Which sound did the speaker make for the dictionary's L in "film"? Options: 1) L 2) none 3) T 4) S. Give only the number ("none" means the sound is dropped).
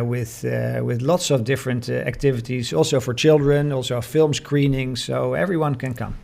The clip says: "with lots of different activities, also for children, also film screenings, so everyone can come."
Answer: 1